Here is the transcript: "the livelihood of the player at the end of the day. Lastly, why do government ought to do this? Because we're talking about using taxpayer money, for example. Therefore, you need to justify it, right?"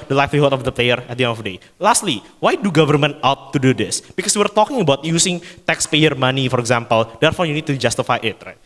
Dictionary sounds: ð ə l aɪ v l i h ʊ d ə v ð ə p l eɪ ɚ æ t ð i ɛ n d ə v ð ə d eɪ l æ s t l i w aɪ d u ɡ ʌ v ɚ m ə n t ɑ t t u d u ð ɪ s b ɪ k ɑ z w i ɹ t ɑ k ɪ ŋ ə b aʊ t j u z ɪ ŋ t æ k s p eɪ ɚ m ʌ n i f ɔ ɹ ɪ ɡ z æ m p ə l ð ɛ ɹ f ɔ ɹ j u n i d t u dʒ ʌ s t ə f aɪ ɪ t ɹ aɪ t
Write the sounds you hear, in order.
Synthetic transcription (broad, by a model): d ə l aɪ f l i h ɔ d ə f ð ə p l eɪ ɚ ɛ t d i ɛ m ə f d eɪ l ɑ s t l i w aɪ d u ɡ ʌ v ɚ m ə n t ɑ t t u d u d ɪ s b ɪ k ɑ s w i ɹ t ɑ k ɪ ŋ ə b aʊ t j u s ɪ ŋ t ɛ k s p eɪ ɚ m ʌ n i f ɔ ɹ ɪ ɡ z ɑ m p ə l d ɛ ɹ f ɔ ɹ j u n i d t u dʒ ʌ s t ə f aɪ ɪ t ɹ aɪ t